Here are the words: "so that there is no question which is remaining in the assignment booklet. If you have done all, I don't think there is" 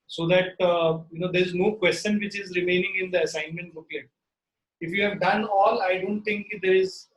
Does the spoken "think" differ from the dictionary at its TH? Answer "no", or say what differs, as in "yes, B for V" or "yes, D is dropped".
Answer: yes, T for TH